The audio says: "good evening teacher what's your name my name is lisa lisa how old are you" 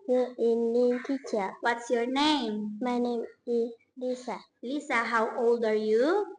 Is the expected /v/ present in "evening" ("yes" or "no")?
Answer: no